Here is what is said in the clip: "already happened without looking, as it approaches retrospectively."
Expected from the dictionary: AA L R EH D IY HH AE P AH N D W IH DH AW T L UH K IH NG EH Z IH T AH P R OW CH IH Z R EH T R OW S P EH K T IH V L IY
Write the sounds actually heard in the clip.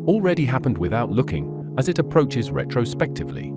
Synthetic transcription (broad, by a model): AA L R EH D IY HH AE P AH N D W IH DH AW T L UH K IH NG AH Z IH T AH P R OW CH IH Z R EH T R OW S P EH K T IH V L IY